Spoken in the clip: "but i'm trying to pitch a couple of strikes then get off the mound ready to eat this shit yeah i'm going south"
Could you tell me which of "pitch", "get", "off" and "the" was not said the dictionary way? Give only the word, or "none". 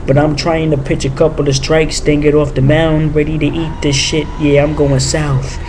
none